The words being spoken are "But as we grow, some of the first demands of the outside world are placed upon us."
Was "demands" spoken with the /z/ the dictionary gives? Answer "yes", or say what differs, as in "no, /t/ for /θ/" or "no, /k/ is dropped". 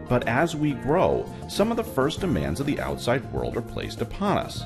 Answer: yes